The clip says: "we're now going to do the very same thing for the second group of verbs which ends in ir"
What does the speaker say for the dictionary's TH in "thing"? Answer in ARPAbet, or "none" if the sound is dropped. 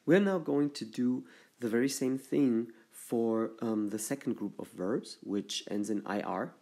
TH